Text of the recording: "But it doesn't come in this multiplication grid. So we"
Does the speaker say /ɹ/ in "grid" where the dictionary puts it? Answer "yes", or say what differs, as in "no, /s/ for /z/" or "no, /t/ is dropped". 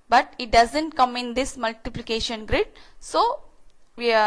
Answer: yes